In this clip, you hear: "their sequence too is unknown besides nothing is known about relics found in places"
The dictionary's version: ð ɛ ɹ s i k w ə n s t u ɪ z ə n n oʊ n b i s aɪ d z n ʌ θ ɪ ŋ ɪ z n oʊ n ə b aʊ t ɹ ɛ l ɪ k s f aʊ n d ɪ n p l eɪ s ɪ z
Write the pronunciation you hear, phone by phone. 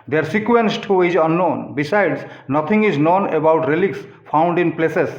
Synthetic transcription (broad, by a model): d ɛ ɹ s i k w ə n s t u ɪ z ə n n oʊ n b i s aɪ d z n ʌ t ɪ ŋ ɪ z n oʊ n ə b aʊ t ɹ ɛ l ɪ k s p aʊ n d ɪ n p l eɪ s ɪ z